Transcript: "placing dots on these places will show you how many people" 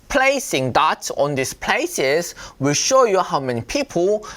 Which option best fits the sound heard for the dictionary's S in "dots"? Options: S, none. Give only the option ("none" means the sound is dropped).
none